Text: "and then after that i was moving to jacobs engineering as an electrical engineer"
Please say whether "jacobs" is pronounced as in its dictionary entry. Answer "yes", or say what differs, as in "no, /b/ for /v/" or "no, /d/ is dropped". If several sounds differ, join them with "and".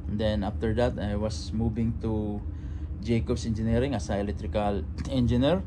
no, /s/ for /z/